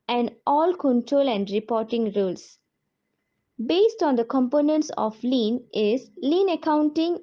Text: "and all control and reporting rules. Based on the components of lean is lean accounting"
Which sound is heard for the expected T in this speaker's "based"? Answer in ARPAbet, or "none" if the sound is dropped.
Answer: T